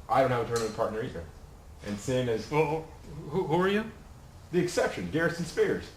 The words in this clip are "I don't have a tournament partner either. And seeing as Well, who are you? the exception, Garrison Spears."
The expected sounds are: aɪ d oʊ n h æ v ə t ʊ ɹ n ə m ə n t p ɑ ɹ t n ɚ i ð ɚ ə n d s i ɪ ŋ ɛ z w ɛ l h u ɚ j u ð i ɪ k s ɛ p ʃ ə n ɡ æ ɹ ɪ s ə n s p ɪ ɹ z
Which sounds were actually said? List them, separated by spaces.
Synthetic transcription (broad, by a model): aɪ d oʊ n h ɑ ə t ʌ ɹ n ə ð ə p ɑ ɹ t n ɚ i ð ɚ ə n s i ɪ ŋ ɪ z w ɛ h h u ɚ j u ð i ɪ k s ɛ p ʃ ə n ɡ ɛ ɹ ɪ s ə n s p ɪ ɹ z